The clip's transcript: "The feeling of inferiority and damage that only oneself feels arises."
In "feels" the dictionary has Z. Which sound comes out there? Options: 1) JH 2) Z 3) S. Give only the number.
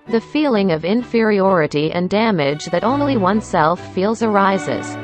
2